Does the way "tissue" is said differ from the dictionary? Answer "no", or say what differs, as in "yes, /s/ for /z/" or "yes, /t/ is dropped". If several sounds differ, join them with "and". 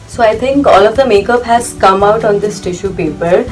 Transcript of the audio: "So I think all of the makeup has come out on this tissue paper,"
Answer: no